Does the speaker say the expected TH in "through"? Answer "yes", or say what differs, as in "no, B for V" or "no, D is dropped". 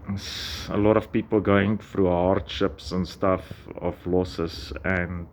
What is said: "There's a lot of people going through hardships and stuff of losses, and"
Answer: no, F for TH